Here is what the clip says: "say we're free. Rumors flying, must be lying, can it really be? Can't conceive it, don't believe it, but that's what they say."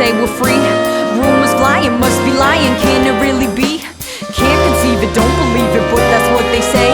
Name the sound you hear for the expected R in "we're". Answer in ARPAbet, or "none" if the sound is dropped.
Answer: L